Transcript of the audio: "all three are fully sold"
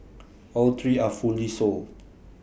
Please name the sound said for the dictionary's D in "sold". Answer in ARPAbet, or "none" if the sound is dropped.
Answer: none